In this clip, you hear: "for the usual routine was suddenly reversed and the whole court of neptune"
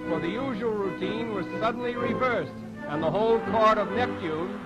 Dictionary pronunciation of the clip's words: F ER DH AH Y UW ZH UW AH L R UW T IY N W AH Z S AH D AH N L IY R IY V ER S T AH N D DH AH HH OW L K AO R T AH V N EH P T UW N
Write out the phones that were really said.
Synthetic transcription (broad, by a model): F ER DH AH Y UW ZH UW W L R UW T IY N W AH Z S AH D N L IY R IY V ER S T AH N DH AH HH OW L K AO R T AH V N EH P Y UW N